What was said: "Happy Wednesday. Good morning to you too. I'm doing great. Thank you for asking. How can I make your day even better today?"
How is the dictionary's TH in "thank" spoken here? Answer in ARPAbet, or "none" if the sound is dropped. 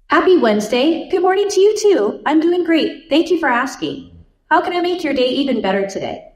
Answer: TH